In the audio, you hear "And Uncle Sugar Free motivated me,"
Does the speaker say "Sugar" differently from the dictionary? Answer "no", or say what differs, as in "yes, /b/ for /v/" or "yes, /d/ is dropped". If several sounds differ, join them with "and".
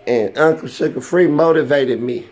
yes, /s/ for /ʃ/